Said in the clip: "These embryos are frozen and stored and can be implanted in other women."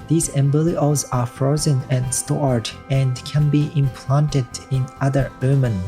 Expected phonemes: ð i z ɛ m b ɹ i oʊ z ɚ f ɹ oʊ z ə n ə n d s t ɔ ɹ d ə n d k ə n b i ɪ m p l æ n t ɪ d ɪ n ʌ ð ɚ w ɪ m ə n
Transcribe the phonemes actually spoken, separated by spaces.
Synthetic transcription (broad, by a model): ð i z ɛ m b l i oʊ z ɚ f ɹ oʊ z ə n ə n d s t ɔ ɹ d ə n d k ə n b i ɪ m p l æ n t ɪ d ɪ n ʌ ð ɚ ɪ m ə n